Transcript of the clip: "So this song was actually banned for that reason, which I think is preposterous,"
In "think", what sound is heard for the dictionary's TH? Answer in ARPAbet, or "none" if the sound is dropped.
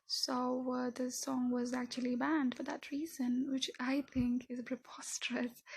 TH